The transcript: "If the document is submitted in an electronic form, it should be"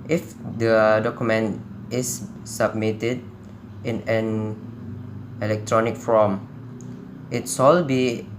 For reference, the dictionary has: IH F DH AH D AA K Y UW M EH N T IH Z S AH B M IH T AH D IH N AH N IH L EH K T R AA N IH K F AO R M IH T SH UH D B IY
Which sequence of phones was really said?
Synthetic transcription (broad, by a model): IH F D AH D AA K Y UW M EH N T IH S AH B M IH T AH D IH N AH N IH L EH K T R AA N IH K F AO M IH T S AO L B IY